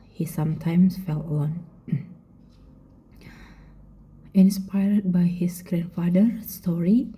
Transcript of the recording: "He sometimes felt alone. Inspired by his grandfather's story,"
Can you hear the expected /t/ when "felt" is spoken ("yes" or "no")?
no